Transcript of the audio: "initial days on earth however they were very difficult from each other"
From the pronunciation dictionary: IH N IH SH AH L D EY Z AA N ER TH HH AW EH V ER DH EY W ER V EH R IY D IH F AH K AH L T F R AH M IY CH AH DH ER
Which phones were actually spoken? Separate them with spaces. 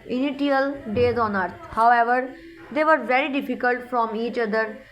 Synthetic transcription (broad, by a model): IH N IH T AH L D EY Z AA N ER T HH AW EH V ER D EY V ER V EH R IY D IH F AH K AH L T F R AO M IY CH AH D ER